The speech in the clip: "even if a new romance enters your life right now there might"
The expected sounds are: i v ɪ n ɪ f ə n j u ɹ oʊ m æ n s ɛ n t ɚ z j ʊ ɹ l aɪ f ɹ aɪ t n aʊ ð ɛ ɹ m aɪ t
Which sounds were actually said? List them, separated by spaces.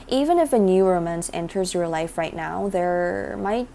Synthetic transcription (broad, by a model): i v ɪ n ɪ f ə n j u ɹ oʊ m æ n s ɛ n t ɚ z j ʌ ɹ l aɪ f ɹ aɪ t n aʊ ð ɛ ɹ m aɪ t